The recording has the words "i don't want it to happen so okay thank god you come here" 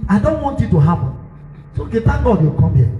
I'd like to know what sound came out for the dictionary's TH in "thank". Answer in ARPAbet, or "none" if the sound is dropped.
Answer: T